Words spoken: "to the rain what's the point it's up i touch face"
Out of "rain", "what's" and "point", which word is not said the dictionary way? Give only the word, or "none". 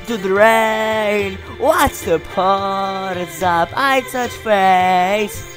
point